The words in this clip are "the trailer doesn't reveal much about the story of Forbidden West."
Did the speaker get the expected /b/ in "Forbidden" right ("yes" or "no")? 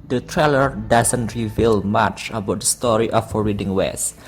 no